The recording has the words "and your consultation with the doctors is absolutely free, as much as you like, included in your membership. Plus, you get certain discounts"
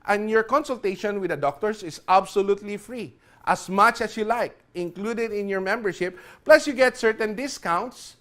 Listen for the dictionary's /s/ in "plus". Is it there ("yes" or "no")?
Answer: yes